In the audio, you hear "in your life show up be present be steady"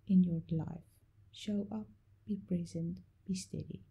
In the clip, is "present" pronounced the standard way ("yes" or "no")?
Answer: yes